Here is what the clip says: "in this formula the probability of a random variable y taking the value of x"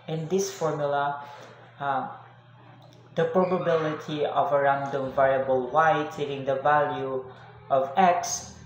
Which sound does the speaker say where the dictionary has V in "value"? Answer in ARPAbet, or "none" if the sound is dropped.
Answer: V